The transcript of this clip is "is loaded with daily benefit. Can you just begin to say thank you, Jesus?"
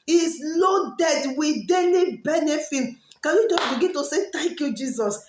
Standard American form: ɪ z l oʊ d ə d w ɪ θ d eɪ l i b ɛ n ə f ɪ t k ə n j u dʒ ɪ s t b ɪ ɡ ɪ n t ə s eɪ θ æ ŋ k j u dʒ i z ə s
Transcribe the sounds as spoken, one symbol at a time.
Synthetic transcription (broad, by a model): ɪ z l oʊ d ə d w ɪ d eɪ n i b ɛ n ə f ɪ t k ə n j u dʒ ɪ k b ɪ ɡ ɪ n t ə s eɪ t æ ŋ k j u dʒ i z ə s